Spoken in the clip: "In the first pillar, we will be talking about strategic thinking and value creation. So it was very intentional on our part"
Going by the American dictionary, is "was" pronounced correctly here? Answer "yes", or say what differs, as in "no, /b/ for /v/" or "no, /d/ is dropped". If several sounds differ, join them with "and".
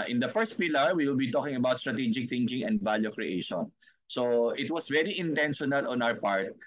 no, /s/ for /z/